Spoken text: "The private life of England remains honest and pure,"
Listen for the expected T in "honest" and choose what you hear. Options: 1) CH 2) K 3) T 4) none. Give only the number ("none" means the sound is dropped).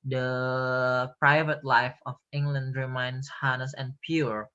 4